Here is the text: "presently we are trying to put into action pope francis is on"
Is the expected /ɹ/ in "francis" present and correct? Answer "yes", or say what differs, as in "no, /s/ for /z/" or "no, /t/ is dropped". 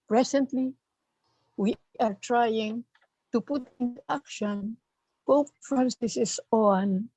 no, /ɹ/ is dropped